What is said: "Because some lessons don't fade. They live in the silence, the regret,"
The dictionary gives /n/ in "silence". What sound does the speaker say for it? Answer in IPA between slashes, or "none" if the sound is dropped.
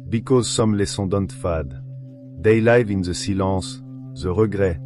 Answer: none